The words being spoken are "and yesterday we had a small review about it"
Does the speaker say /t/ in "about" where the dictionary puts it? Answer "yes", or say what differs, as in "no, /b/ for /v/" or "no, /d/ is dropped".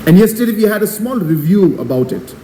yes